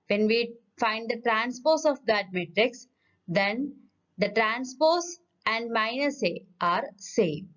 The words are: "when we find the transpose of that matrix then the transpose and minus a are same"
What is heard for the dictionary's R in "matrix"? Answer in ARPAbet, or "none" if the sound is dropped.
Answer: R